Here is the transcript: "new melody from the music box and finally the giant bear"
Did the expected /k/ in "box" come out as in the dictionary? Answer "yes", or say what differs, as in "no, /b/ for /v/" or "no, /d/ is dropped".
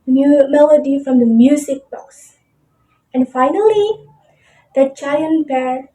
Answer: no, /k/ is dropped